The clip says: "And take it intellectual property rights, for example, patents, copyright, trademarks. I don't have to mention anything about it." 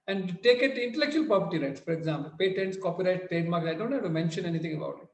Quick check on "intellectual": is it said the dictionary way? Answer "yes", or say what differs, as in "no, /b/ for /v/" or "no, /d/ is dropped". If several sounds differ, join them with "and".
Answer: yes